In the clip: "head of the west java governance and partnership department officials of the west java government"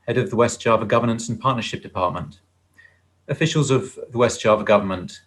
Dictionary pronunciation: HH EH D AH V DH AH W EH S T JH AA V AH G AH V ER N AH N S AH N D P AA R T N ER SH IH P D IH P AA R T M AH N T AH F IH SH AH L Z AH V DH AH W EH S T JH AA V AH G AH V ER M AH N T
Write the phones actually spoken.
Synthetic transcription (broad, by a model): HH EH D AH V DH AH W EH S T JH AA V AH G AH V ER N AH N S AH N P AA T N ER SH IH P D IH P AA T M AH N T AH F IH SH AH L Z AH V DH AH W EH S T ZH AA V AH G AH V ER M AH N T